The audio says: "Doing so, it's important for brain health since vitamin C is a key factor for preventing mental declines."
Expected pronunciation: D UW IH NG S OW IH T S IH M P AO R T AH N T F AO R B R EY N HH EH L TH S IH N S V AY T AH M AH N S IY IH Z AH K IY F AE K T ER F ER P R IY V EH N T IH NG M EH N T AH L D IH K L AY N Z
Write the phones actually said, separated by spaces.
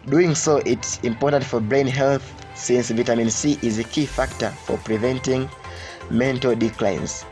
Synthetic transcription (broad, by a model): D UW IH NG S OW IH T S IH M P AO R T AH N T F AO R B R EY N HH EH L TH S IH N S V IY T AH M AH N S IY IH Z AH K IY F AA K T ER F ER P R IY V EH N T IH NG M EH N T AH L D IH K L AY N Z